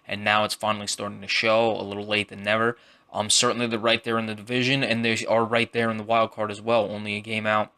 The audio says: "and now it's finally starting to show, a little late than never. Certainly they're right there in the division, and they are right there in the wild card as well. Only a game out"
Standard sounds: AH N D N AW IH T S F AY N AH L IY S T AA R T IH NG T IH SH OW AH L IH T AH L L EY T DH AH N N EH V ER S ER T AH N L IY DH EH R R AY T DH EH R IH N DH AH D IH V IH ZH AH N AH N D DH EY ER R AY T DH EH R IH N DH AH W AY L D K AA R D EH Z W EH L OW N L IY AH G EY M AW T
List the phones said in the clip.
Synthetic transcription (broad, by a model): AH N N AW IH T S F AY N L IY S T AA R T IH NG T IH SH OW AH L IH T L L EY T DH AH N N EH V ER S ER T N L IY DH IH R R AY T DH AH R IH N DH AH D IH V IH ZH AH N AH N DH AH ER R AY T DH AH R IH N DH AH W AY L D K AA R D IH Z W EH L OW N L IY AH G EY M AW T